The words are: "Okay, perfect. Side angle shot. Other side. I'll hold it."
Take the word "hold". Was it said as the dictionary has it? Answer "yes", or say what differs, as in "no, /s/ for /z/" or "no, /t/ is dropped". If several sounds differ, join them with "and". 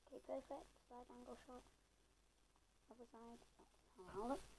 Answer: no, /d/ is dropped